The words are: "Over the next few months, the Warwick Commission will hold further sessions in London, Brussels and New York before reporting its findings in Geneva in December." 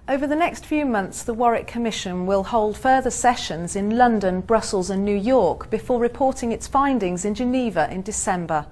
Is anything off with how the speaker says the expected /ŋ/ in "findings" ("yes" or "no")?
no